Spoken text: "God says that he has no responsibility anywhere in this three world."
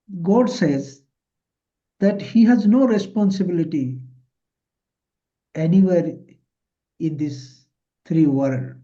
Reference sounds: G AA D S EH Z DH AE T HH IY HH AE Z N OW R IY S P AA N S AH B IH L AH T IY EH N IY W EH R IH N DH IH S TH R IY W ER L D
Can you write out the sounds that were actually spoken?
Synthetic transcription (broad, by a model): G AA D S EH Z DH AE T HH IY HH AE Z N OW R IY S P AA N S AH B IH L AH T IY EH N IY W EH R IH N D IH S T R IY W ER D